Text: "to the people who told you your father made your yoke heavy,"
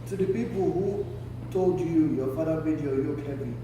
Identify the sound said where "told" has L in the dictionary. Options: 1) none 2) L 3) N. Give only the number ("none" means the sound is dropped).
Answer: 2